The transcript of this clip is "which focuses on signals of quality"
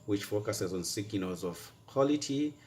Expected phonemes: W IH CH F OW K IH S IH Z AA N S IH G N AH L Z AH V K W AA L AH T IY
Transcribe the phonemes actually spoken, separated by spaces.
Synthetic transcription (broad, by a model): W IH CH F OW K IH S IH Z AA N S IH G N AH Z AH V K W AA L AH T IY